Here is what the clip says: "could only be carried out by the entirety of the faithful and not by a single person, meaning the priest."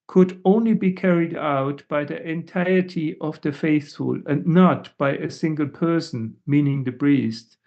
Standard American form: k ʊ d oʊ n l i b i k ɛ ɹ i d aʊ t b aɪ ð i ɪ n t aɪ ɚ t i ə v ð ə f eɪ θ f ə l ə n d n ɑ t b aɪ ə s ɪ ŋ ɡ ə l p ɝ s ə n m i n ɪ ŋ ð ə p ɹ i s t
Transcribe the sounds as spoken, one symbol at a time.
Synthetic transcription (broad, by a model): k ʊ d oʊ n l i b i k ɛ ɹ i d aʊ t b aɪ ð i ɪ n t aɪ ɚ t i ə v ð ə f eɪ θ f ə l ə n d n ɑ t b aɪ ə s ɪ ŋ ɡ ə l p ɝ s ə n m i n ɪ ŋ ð ə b ɹ i s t